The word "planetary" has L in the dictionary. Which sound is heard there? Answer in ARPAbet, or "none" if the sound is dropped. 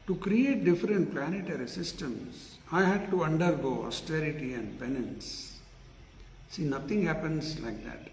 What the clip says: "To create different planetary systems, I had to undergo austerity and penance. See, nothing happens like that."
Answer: L